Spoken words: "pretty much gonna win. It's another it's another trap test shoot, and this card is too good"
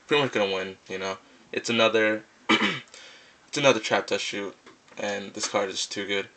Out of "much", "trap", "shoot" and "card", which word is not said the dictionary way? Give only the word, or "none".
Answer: none